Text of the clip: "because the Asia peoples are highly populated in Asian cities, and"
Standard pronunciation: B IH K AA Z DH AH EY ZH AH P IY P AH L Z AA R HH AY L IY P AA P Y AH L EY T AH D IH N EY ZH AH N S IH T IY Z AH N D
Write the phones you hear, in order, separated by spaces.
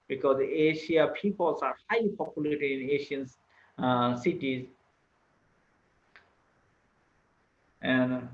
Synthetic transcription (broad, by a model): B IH K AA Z EY SH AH P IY P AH L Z AA R HH AY L IY P AA P Y AH L EY T AH D IH N EY SH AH N S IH T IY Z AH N D